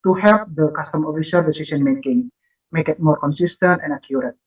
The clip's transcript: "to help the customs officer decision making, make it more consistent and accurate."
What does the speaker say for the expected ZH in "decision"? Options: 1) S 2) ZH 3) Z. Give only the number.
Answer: 1